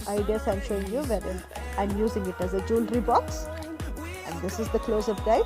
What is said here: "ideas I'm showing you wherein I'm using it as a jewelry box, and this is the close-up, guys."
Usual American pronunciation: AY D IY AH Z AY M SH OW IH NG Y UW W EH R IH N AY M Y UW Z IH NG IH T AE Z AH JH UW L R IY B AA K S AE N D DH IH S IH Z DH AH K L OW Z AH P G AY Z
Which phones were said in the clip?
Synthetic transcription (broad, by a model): AY D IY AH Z AY M SH OW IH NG Y UW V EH R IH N AY M Y UW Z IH NG IH T AE Z AH JH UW L R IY B AA K S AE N D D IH S IH Z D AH K L OW Z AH F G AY